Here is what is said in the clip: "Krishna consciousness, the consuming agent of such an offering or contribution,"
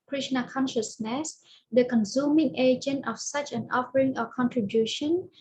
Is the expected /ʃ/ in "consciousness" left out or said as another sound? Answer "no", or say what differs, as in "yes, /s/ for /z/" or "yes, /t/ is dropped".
no